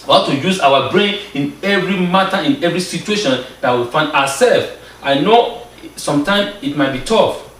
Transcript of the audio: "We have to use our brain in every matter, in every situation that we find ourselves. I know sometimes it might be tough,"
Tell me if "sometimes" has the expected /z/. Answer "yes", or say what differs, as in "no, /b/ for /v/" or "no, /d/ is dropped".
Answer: no, /z/ is dropped